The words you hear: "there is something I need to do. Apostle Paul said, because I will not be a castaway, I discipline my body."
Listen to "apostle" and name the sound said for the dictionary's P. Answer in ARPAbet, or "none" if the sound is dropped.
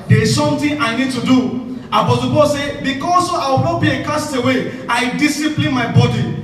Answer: B